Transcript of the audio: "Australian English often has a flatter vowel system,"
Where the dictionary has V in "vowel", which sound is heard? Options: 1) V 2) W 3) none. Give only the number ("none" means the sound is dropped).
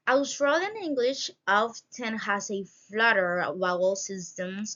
2